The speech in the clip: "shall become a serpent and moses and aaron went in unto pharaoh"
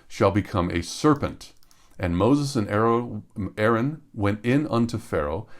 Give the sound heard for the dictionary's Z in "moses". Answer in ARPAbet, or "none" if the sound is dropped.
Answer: Z